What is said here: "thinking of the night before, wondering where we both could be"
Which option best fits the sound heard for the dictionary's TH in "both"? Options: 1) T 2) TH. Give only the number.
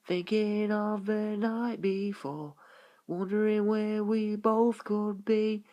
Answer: 2